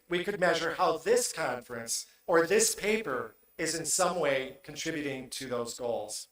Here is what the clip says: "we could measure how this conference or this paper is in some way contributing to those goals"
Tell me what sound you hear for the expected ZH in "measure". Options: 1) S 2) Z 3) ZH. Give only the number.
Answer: 3